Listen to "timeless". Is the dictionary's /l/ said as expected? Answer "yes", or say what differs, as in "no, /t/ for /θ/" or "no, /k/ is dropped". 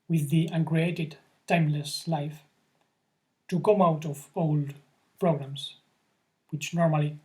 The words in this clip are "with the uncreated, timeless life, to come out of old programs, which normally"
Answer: yes